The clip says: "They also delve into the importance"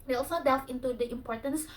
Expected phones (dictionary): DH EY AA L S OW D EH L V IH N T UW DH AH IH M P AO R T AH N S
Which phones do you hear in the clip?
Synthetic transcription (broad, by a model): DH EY AA L S OW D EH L F IH N T UW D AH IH M P AO R T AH N S